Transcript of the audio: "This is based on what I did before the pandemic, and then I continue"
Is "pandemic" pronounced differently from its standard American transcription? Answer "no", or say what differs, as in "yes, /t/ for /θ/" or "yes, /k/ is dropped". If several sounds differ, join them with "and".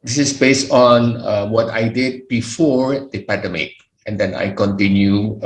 yes, /n/ is dropped